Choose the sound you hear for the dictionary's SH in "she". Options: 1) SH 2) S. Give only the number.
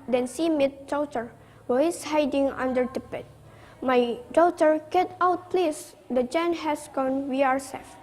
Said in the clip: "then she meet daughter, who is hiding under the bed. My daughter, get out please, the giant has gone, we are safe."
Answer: 2